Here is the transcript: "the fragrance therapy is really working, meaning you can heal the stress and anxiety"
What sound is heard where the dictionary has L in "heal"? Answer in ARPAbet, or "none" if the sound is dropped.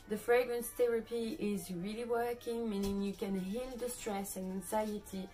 N